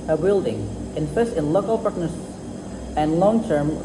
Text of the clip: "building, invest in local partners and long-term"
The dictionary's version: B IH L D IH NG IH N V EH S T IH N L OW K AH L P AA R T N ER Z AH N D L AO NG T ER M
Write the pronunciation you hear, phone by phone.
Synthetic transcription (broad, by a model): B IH L D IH NG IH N P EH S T IH N L OW K AH L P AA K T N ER S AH N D L AO NG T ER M